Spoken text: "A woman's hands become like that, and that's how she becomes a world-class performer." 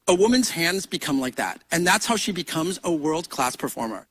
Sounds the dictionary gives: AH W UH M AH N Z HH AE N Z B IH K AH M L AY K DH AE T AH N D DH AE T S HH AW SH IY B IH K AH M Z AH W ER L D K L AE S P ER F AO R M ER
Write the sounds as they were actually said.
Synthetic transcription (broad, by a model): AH W UH M AH N Z HH AE N Z B IH K AH M L AY K DH AE T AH N DH AE T S HH AW SH IY B IH K AH M Z AH W ER L D K L AE S P ER F AO R M ER